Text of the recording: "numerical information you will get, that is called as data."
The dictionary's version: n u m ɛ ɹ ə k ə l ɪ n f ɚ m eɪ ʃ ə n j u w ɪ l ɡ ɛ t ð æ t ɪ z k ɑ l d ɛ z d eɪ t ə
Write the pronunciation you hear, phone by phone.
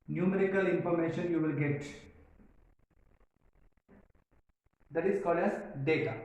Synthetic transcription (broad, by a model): n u m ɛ ɹ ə k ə l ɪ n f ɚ m eɪ ʃ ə n j u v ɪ l ɡ ɛ t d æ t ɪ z k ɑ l ɛ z d eɪ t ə